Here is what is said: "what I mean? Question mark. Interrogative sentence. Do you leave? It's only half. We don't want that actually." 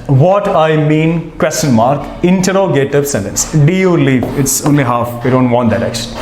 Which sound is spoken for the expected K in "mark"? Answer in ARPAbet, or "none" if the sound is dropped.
K